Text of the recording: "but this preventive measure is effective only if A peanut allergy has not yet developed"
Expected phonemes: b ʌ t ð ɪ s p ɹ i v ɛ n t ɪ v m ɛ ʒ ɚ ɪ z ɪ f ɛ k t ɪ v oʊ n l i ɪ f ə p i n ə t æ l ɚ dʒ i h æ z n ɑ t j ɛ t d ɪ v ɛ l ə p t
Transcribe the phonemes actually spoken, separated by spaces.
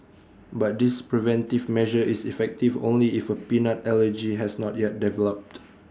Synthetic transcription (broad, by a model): b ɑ t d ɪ s p ɹ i v ɛ n t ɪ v m ɛ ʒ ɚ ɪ s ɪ f ɛ k t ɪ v oʊ n l i ɪ f ə p i n ə t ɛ l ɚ dʒ i h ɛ s n ɑ t j ɛ t d ɪ v ɛ l ə p t